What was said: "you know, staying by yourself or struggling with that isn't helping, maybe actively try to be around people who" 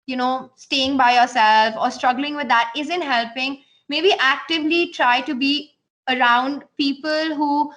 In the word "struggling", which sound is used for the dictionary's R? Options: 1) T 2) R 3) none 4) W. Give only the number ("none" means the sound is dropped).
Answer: 2